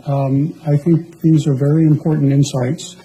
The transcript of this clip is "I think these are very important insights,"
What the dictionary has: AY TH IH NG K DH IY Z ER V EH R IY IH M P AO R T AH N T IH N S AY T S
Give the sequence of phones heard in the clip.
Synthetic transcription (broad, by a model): AY TH IH NG K DH IY Z ER V EH R IY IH M P AO R T N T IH N S AY T S